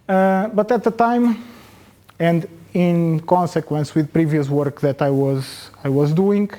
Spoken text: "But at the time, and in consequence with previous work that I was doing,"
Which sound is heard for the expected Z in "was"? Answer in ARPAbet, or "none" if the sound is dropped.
Z